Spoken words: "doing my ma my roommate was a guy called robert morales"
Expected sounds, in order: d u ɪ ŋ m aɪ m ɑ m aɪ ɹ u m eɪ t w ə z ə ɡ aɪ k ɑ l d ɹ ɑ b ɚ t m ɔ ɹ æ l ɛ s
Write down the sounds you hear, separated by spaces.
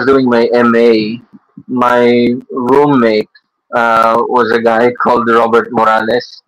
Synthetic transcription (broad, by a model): d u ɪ ŋ m aɪ m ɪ m aɪ ɹ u m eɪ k w ə z ə ɡ aɪ k ɑ l d ɹ ɑ b ɚ t m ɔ ɹ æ l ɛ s